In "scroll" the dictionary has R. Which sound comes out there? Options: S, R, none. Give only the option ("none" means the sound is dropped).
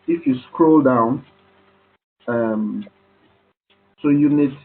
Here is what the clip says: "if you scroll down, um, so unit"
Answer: R